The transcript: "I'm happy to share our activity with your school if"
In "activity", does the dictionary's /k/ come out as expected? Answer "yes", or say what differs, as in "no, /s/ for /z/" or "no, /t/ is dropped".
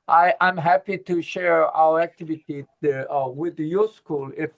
yes